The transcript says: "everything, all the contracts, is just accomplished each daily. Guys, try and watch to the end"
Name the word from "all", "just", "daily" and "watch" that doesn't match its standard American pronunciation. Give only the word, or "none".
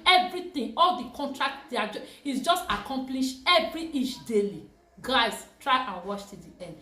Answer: watch